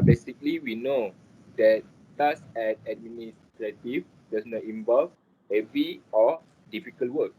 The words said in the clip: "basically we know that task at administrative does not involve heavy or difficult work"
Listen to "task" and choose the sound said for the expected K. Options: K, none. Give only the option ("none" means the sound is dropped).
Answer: none